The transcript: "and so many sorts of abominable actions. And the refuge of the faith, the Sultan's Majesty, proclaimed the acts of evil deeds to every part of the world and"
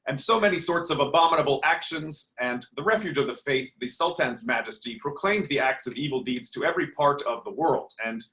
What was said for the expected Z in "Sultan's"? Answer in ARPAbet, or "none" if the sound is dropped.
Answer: Z